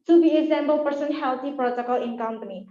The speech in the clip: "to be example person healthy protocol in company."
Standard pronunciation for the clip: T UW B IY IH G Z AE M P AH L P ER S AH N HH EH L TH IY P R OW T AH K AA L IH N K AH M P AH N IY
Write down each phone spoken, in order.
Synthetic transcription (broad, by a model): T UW B IY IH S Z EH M B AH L P ER S AH N HH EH L T IY P R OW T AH K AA L IH N K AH M P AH N IY